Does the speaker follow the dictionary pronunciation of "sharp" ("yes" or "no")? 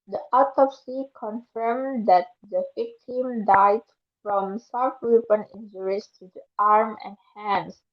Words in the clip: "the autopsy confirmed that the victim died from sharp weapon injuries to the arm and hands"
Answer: no